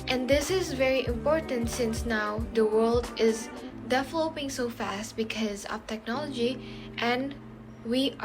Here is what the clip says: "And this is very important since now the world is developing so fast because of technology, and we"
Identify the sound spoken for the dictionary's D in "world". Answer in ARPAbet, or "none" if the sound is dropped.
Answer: D